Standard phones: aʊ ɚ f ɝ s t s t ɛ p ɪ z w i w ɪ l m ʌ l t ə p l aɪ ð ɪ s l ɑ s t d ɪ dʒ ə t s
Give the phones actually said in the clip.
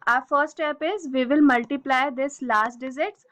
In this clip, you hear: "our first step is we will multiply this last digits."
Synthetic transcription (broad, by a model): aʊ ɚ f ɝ t s t ɛ p ɪ z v i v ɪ l m ʌ l t ə p l aɪ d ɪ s l ɑ s t d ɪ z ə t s